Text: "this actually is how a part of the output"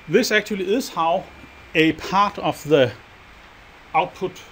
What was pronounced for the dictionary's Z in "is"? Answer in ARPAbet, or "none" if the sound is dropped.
S